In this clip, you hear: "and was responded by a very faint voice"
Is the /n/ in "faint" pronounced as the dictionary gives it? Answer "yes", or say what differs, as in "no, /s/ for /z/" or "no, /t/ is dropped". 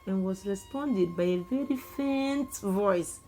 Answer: yes